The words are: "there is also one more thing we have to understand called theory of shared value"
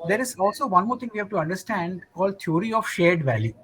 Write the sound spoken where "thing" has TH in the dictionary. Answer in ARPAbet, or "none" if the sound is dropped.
T